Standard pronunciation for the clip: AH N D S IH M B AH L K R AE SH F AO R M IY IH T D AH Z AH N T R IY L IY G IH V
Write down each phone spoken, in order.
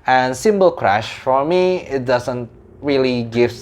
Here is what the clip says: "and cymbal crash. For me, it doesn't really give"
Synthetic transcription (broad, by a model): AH N S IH M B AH L K R AE SH F AO R M IY IH T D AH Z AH N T R IY L IY G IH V